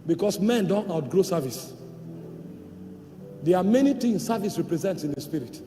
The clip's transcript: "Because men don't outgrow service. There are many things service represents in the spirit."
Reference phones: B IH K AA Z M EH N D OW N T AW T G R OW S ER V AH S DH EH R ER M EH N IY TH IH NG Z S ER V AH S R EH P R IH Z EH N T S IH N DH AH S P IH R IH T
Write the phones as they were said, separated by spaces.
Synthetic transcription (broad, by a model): B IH K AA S M EH N D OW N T AW T G R OW S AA V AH S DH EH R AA M EH N IY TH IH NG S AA V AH S R EH P R IH Z EH N T S IH N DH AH S P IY R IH T